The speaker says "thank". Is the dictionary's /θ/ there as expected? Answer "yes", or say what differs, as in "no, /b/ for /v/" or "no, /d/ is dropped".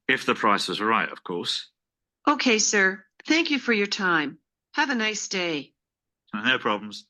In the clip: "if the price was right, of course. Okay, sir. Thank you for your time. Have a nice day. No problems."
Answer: yes